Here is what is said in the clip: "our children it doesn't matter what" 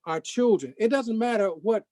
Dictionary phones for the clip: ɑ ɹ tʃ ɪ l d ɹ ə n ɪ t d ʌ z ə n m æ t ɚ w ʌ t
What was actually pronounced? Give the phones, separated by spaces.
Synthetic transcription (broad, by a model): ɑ ɹ tʃ ɪ l d ɹ ə n ɪ t d ʌ z ə n m æ t ɚ w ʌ t